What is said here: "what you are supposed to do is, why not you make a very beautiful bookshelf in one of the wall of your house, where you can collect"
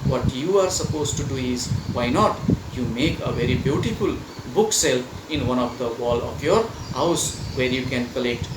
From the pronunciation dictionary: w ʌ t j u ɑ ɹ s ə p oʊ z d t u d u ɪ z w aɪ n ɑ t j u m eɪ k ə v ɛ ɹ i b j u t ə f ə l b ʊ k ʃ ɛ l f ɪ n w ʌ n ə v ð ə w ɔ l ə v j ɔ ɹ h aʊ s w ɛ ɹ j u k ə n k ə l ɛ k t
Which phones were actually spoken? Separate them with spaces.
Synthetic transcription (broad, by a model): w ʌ t j u ɑ ɹ s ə p oʊ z t u d u ɪ z w aɪ n ɑ t j u m eɪ k ə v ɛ ɹ i b j u t ə f ə l b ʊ k s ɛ l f ɪ n w ʌ n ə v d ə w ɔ l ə f j ɔ ɹ h aʊ s w ɛ ɹ j u k ə n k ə l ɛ k t